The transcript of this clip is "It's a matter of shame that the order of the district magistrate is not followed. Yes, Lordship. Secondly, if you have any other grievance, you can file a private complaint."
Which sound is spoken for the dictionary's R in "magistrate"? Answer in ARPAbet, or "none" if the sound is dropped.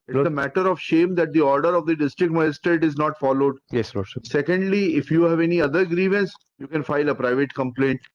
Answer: none